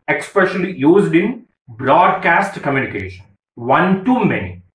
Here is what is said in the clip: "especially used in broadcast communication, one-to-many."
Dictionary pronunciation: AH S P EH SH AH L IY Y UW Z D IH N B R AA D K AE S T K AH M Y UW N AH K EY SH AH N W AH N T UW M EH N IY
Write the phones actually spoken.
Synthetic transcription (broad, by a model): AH S P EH SH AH L IY Y UW Z D IH N B R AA D K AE S T K AH M Y UW N AH K EY SH AH N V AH N T UW M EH N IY